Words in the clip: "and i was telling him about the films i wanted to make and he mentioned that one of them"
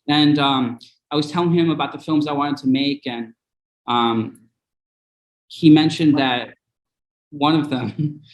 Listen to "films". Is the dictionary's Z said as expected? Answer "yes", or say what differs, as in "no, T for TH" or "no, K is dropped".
yes